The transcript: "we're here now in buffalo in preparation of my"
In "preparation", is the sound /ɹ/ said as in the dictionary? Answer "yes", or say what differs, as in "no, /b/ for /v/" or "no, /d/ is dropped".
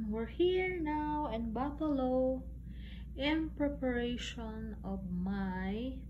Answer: yes